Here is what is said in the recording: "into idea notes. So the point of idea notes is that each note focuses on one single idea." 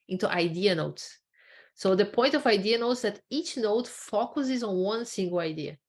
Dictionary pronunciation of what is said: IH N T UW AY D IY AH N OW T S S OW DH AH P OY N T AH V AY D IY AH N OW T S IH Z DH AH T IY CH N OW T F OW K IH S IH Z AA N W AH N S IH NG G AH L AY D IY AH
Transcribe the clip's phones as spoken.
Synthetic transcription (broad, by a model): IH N T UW AY D IY AH N OW T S S OW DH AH P OY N T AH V AY D IY AH N OW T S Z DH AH T IY CH N OW T F OW K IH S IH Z AA N W AH N S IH NG G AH L AY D IY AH